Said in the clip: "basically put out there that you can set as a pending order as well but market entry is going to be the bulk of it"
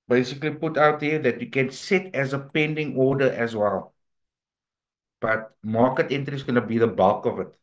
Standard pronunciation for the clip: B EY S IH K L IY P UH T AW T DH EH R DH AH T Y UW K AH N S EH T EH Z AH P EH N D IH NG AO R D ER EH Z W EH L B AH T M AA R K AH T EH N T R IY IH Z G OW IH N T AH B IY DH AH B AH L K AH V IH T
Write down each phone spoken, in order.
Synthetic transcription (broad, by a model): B EY S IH K L IY P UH T AW T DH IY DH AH T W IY K AH N S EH T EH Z AH P EH N D IH NG AO D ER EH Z W EH L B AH T M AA K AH T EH N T IY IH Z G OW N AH B IY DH AH B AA L K AH V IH T